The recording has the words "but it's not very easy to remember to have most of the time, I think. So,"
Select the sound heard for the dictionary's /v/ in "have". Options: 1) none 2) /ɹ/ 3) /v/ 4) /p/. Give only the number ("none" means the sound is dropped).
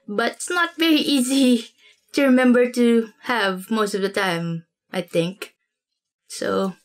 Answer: 3